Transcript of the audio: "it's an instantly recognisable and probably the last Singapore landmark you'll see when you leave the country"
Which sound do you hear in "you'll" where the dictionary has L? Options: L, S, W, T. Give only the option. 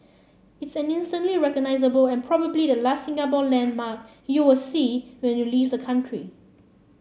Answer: W